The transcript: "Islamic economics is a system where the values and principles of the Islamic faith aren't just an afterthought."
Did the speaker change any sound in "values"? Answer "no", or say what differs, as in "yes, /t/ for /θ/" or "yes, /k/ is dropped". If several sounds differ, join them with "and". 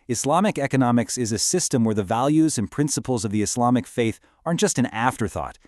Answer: no